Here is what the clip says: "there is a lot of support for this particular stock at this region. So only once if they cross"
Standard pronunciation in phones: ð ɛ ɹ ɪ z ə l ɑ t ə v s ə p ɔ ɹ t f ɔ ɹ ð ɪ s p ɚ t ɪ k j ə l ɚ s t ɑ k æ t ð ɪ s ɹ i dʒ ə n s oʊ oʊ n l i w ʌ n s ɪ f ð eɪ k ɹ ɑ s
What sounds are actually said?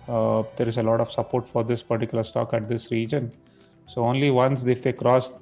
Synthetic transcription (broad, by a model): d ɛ ɹ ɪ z ə l ɑ t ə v s ə p ɔ ɹ t f ɔ ɹ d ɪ s p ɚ t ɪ k j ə l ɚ s t ɑ k æ t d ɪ s ɹ i dʒ ə n s oʊ oʊ n l i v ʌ n s ɪ f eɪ k ɹ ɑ s